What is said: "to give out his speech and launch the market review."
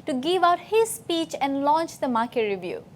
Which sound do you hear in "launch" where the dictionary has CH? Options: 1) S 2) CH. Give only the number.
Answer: 2